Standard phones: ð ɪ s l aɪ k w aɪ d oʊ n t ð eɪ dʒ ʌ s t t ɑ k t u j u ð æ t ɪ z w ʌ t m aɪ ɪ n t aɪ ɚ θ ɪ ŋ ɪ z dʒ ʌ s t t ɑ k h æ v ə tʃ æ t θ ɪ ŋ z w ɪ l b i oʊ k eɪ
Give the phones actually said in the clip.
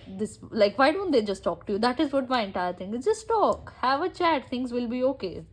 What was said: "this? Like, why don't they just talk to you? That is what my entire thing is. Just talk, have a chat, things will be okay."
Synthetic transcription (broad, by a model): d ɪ s l aɪ k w aɪ d oʊ n t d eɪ dʒ ʌ s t t ɑ k t u j u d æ t ɪ z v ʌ t m aɪ ɪ n t aɪ ɚ t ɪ ŋ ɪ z dʒ ʌ s t t ɑ k h æ v ə tʃ æ t t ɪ ŋ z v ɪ l b i oʊ k eɪ